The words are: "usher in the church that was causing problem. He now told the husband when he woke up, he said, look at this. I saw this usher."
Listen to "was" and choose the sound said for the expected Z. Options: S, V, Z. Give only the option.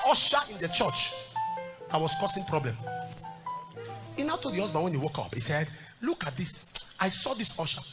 S